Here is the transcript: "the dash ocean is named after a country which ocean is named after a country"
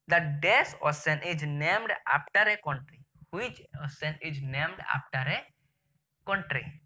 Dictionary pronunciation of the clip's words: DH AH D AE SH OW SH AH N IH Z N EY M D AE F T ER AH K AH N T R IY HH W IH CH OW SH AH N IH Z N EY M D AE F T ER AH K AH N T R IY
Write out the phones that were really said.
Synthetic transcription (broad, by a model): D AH D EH S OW S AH N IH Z N EY M D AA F T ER AH K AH N T R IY HH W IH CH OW S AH N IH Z N EY M D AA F T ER AH K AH N T R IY